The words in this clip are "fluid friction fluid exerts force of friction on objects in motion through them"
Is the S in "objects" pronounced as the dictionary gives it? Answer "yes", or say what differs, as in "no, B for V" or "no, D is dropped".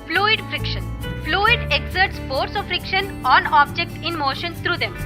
no, S is dropped